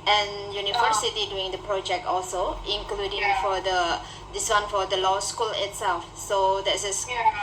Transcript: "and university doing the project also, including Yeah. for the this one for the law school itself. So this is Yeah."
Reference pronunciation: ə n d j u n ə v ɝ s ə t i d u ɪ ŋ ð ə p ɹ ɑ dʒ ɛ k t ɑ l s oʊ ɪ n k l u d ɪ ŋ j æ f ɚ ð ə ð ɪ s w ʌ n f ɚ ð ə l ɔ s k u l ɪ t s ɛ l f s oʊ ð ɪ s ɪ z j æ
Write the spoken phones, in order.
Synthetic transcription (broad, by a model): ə n j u n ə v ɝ s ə t i d u ɪ ŋ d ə p ɹ ɑ dʒ ɛ k t ɑ l s oʊ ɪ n k l u d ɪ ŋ f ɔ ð ə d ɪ s w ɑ n f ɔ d ə l ɔ s k u l ɪ t s ɛ l f s oʊ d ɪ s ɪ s